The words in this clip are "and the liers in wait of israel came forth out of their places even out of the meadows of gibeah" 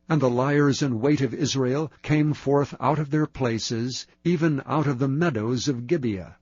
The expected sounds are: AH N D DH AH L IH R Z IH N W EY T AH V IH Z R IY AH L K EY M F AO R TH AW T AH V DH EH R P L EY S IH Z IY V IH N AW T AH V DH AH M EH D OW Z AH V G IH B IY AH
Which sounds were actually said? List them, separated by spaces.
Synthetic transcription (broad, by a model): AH N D DH AH L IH R Z IH N W EY T AH V IH Z R IY AH L K EY M F AO R TH AW T AH V DH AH R P L EY S IH Z IY V IH N AW T AH V DH AH M EH D OW Z AH V G IH B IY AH